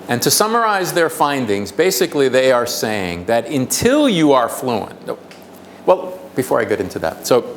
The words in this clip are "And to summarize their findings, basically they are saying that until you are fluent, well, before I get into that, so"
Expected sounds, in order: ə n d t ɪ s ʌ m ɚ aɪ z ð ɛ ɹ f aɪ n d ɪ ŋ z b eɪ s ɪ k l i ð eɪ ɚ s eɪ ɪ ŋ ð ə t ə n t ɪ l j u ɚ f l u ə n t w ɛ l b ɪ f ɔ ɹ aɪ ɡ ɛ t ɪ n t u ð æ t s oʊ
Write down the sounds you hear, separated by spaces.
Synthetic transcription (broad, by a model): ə n t ɪ s ʌ m ɚ aɪ z ð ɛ ɹ f aɪ n d ɪ ŋ z b eɪ s ɪ k l i ð eɪ ɚ s eɪ ɪ ŋ ð ə t ə n t ɪ l j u ɚ f l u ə n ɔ w ɛ l b ɪ f ɔ ɹ aɪ ɡ ɛ t ɪ n t u ð æ t s oʊ